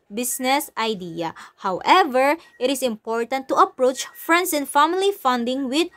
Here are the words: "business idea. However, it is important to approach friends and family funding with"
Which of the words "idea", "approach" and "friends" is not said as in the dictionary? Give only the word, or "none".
friends